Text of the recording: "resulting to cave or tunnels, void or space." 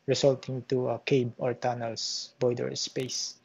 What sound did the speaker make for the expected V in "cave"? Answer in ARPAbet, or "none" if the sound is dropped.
B